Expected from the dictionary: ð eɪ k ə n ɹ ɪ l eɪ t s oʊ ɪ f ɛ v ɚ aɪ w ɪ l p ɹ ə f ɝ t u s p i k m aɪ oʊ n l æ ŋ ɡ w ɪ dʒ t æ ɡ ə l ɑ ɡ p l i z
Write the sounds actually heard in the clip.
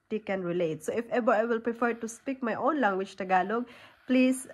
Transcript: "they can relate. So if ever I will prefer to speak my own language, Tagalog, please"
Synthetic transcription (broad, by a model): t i k ə n ɹ ɪ l eɪ t s oʊ ɪ f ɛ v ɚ aɪ w ɪ l p ɹ ə f ɝ t u s p i k m aɪ oʊ n l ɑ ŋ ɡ w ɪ tʃ t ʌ ɡ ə l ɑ ɡ p l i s